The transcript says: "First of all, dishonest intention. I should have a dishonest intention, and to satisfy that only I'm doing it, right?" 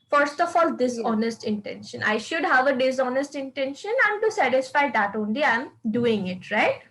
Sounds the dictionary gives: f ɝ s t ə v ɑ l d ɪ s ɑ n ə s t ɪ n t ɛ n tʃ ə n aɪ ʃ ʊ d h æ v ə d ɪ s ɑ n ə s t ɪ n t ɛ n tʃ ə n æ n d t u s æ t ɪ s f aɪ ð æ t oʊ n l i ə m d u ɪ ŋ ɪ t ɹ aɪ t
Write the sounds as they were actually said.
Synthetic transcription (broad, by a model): f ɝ s t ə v ɑ l d ɪ s ɑ n ə s t ɪ n t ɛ n ʃ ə n aɪ ʃ ʊ d h æ v ə d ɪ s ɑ n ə s t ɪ n t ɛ n ʃ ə n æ n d t u s æ t ɪ s f aɪ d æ t oʊ n l i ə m d u ɪ ŋ ɪ t ɹ aɪ t